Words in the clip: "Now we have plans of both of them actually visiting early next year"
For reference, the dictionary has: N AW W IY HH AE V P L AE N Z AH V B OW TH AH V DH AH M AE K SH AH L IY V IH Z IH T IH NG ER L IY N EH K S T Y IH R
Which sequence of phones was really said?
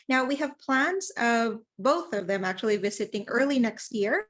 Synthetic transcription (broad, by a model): N AW W IY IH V P L AE N Z AH V B OW TH AH V DH AH M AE K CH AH L IY V IH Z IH T IH NG ER L IY N EH K S T Y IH R